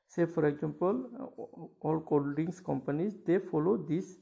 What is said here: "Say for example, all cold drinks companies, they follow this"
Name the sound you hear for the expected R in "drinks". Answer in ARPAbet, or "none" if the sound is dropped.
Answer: none